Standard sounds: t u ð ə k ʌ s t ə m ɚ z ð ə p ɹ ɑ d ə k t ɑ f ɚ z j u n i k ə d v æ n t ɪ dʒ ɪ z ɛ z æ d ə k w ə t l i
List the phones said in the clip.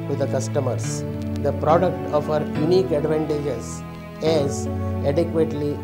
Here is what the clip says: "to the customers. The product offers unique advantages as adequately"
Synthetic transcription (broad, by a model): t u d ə k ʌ s t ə m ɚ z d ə p ɹ ɑ d ə k t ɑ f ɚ j u n i k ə d v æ n t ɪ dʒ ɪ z ɛ z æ d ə k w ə t l i